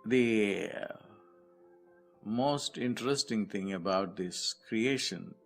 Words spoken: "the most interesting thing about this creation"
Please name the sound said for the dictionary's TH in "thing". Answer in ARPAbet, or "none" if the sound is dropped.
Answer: T